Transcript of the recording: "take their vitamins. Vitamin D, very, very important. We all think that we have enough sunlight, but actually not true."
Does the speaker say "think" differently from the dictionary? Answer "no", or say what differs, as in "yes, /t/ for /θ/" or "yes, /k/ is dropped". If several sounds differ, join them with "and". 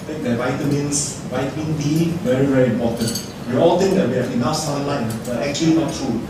yes, /t/ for /θ/